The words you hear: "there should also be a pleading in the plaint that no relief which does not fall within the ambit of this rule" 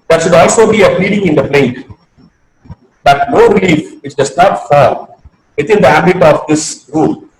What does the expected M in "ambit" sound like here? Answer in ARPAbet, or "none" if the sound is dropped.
none